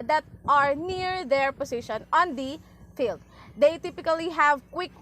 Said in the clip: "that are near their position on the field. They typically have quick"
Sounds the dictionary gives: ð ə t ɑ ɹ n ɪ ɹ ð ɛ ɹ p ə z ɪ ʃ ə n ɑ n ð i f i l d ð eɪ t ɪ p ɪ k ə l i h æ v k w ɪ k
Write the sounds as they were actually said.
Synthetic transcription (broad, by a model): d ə t ɑ ɹ n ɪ ɹ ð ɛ ɹ p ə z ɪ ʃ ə n ɑ n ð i f i l d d eɪ t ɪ p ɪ k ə l i h æ v k w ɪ k